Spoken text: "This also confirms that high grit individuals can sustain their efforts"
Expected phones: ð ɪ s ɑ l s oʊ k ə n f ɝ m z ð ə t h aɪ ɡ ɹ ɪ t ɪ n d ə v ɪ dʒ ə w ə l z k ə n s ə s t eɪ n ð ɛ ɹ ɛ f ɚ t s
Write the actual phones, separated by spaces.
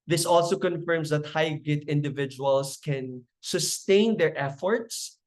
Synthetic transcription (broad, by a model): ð ɪ s ɑ l s oʊ k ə n f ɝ m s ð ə t h aɪ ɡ ɪ t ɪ n d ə v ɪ dʒ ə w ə l s k ə n s ə s t eɪ n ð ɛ ɹ ɛ f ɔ t s